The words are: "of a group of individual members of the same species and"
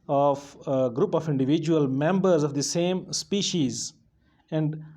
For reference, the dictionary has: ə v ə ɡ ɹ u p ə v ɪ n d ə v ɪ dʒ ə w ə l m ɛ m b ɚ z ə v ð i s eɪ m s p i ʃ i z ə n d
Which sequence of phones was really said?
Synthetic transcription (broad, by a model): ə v ɡ ɹ u p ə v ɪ n d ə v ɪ dʒ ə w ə l m ɛ m b ɚ z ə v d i s eɪ m s p i ʃ i z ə n d